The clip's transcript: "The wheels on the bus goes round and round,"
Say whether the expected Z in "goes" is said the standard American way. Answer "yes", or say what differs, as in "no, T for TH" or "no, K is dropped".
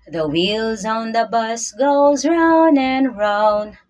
yes